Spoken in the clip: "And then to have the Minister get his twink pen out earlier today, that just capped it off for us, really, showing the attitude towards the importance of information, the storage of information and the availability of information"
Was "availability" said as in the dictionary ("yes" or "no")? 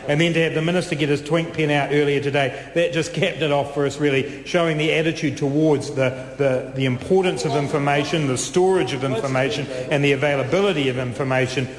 yes